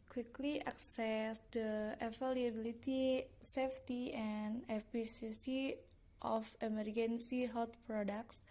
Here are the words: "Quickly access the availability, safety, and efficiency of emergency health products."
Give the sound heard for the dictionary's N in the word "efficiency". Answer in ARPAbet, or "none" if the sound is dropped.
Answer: none